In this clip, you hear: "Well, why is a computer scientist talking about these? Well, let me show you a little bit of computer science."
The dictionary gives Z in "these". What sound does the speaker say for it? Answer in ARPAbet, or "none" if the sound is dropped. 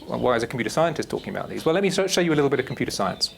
Z